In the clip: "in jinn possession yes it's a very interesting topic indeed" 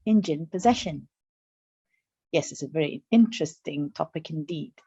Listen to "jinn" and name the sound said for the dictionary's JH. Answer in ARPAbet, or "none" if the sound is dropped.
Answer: JH